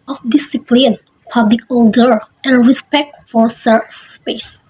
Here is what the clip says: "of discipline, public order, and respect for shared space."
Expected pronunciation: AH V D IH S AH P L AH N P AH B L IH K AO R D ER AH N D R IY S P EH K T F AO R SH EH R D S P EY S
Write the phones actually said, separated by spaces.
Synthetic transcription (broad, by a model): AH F D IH S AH P L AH N P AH B L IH K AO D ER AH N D R IY S P EH K T F AO R S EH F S S P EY S